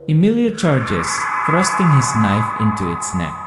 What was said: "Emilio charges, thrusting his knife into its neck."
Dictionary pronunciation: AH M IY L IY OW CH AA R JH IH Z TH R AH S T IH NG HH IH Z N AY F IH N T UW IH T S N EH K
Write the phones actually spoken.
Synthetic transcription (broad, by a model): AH M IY L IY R CH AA R JH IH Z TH R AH S T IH NG HH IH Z N AY F IH N T UW IH T S N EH K